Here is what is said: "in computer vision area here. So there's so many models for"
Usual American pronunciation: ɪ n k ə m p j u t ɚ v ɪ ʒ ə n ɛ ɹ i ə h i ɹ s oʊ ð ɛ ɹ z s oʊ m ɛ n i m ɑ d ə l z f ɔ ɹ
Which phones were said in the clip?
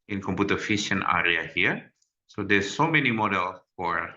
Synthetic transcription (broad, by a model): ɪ n k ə m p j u t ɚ f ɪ ʃ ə n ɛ ɹ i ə h i ɹ s oʊ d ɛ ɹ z s oʊ m ɛ n i m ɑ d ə l f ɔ ɹ